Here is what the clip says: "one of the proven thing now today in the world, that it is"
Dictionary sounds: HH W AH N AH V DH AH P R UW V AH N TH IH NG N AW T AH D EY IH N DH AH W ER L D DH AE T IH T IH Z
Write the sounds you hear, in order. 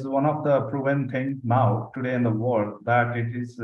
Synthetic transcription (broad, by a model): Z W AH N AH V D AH P R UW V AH N T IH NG N AW T AH D EY IH N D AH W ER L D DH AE T IH T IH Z